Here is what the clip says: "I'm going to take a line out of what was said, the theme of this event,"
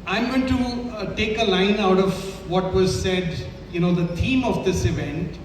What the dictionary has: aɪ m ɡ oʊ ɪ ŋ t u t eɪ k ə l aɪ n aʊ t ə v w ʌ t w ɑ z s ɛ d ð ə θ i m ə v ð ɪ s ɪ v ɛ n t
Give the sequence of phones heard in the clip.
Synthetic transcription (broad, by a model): aɪ m ɡ oʊ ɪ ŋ t u t eɪ k ə l aɪ n aʊ t ə v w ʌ t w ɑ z s ɛ d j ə t i m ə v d ɪ s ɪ v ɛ n t